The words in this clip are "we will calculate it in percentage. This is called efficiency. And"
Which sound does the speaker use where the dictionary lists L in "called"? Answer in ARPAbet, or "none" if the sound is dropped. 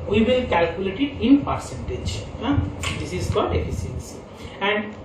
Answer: none